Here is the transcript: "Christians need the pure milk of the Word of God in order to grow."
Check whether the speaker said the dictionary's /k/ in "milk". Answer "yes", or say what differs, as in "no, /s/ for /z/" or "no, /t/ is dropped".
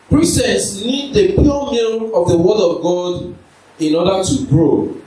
no, /k/ is dropped